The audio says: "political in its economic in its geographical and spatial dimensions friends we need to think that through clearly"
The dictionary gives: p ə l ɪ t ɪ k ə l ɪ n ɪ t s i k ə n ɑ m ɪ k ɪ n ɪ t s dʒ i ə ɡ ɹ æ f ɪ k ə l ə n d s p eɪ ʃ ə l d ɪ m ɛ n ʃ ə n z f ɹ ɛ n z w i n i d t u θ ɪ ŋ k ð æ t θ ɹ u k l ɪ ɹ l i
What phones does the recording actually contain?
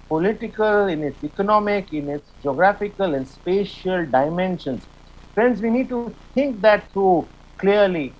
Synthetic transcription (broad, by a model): p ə l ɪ t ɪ k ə l ɪ n ɪ t s i k ə n ɑ m ɪ k ɪ n ɪ t s dʒ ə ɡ ɹ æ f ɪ k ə l ə n d s p eɪ ʃ ə l d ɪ m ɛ n ʃ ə n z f ɹ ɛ n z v i n i d t u t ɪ ŋ k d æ t t ɹ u k l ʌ ɹ l i